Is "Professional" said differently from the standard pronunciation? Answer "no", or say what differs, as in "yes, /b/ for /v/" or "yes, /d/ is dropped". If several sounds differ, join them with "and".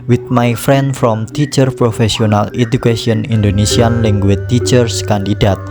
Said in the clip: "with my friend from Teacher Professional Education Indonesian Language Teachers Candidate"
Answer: yes, /s/ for /ʃ/